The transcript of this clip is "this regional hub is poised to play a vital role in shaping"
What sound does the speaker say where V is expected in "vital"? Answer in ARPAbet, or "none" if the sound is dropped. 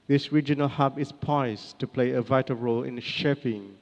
V